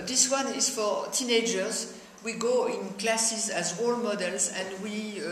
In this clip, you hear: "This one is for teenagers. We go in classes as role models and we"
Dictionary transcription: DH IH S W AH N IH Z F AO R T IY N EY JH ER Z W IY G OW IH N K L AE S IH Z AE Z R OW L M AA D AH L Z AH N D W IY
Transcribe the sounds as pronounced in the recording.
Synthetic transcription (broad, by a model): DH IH S W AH N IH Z F AO R T IY N EY JH ER Z W IY G OW IH N K L AE S IH Z AE Z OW L M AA D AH L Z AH N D W IY